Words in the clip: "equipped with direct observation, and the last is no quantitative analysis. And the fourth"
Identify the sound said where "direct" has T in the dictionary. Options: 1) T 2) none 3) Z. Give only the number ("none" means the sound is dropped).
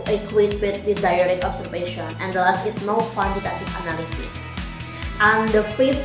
2